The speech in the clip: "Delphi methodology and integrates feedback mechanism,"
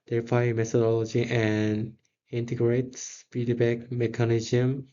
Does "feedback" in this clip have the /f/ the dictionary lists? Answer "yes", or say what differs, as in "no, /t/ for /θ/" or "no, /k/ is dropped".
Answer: no, /p/ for /f/